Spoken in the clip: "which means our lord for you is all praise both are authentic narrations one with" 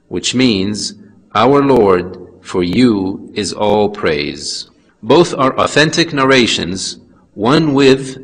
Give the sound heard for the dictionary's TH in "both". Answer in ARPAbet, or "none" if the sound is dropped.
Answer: TH